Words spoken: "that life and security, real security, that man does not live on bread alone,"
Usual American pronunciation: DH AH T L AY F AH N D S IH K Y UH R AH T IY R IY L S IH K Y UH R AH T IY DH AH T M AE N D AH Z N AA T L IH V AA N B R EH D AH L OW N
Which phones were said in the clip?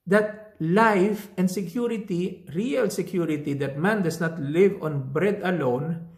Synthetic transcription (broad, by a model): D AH T L AY F AH N D S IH K Y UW R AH T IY R IY L S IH K Y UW R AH T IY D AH T M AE N D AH S N AA T L IH V AA N B R EH D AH L OW N